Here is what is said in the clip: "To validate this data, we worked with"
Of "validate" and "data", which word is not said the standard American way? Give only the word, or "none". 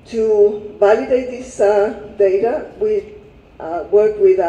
validate